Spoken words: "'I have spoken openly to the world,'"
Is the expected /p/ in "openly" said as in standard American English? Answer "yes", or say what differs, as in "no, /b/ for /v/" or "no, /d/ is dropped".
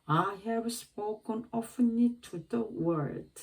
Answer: no, /f/ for /p/